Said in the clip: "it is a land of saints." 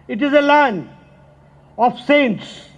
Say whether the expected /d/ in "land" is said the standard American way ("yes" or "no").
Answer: no